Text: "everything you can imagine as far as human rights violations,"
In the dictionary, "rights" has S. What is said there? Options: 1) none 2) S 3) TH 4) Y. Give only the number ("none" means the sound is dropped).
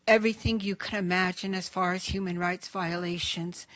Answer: 2